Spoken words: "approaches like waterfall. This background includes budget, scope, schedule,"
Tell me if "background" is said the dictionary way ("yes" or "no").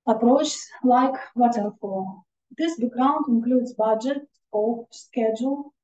no